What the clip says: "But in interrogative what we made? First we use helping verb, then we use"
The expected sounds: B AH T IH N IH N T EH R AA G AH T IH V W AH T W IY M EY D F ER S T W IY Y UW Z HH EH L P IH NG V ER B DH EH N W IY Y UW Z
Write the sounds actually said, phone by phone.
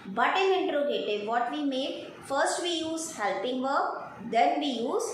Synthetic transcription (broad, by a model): B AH T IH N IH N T R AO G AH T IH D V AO T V IY M EY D F ER S T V IY Y UW Z HH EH L P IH NG V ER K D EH N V IY Y UW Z